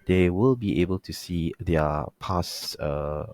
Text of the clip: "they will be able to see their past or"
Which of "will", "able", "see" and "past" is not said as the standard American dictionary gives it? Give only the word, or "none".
past